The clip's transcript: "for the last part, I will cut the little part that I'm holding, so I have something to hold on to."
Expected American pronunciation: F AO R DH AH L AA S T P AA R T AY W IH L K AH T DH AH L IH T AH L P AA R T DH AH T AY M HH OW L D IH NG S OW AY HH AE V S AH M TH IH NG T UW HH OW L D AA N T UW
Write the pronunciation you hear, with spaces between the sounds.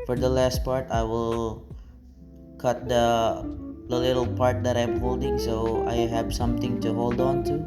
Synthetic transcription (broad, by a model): F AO R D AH L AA S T P AA R T AY W IH L K AH T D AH L IH T AH L P AA R T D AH T AY M HH OW L D IH NG S OW AY HH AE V S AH M T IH NG T UW HH OW L D AA N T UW